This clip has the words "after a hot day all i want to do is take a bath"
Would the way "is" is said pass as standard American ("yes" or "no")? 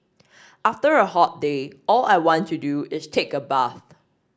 no